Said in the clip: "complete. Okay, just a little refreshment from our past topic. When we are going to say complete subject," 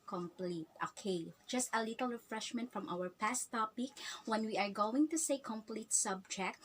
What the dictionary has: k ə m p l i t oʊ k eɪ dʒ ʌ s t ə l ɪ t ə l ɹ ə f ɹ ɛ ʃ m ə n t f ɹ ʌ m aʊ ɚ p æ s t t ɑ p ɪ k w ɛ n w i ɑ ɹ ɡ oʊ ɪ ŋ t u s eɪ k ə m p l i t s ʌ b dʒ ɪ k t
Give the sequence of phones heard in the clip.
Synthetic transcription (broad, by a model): k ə m p l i t oʊ k eɪ dʒ ʌ s t ə l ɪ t l ɹ ə f ɹ ɛ ʃ m ə n t f ɹ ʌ m aʊ ɚ p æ s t t ɑ p ɪ k w ɛ n w i ɑ ɹ ɡ oʊ ɪ ŋ t u s eɪ k ə m p l i t s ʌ b dʒ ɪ k t